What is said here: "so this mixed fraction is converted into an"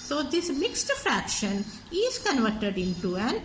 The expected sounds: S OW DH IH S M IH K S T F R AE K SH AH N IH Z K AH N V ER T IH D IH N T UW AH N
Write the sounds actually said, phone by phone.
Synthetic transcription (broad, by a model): S OW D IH S M IH K S T F R AE K SH AH N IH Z K AH N V ER T IH D IH N T UW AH N